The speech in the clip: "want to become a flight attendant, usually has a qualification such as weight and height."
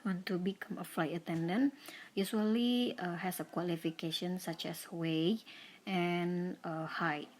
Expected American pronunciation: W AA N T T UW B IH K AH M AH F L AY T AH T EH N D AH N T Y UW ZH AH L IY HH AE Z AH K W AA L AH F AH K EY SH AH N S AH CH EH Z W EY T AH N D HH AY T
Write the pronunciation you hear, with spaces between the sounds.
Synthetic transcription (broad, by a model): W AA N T T UW B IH K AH M AH F L AY T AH T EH N D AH N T Y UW S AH L IY HH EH S AH K W AA L AH F AH K EY SH AH N S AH CH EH S W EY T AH N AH HH AY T